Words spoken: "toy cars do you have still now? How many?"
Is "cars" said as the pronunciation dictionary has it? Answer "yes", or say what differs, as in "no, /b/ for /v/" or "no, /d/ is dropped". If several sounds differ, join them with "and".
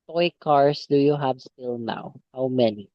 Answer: no, /s/ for /z/